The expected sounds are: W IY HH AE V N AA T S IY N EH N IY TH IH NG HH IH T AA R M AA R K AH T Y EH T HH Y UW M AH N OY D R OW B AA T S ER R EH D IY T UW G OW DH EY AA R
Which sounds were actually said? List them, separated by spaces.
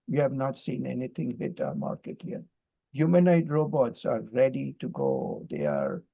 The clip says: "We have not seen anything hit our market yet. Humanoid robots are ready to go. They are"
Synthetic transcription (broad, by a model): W IY HH AE V N AA T S IY N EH N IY T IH NG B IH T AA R M AA R K AH T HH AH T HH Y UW M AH N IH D R OW B AA T S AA R EH D IY T UW G OW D EY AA R